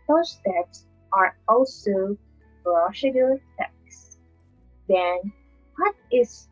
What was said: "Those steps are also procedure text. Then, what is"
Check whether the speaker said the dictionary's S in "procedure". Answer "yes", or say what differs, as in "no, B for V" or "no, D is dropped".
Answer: no, SH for S